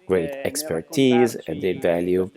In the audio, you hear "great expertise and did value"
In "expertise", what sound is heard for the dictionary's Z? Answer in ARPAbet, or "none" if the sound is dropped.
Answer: Z